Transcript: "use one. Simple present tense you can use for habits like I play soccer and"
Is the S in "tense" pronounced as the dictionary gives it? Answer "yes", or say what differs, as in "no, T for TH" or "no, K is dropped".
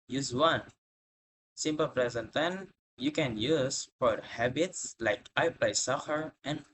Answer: no, S is dropped